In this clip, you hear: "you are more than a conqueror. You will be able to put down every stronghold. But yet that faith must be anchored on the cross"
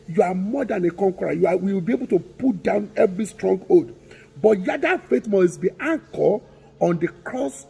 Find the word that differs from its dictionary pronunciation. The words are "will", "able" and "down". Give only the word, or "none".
will